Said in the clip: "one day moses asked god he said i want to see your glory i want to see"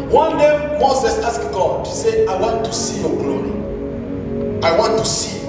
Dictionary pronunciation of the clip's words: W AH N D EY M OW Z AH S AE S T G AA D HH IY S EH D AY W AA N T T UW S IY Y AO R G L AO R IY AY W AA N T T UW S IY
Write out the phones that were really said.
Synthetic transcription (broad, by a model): W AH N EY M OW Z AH S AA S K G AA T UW S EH AY W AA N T T UW S IY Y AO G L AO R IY AY W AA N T T UW S IY